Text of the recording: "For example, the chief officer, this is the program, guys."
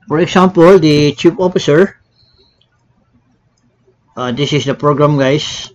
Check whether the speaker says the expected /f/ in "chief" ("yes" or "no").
no